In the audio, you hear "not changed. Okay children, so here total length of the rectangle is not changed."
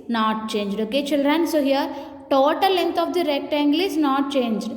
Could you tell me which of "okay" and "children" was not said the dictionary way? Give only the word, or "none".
none